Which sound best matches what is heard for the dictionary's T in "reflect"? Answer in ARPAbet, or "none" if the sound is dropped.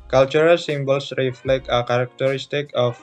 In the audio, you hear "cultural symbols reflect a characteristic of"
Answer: none